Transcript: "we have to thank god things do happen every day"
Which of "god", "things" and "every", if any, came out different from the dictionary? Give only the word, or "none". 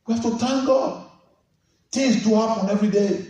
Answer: things